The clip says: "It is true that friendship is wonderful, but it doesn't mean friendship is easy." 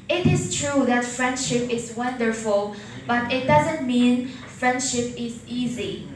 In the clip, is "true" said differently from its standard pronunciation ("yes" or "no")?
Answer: no